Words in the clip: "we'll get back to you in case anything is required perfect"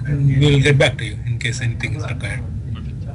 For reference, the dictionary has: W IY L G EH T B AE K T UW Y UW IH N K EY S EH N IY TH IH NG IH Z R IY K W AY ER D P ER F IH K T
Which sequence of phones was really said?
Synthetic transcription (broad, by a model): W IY L G EH T B AE K T UW Y UW IH N K EY S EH N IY T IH NG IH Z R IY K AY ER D